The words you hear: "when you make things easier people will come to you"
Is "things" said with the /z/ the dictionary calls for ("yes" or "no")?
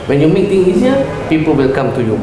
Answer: no